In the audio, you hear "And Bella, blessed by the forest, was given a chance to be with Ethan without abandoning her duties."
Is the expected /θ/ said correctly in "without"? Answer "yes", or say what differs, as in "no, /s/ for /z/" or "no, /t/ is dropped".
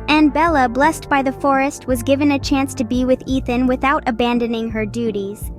yes